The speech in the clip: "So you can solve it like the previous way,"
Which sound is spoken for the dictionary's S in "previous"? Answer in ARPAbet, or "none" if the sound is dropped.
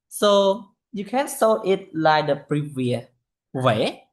none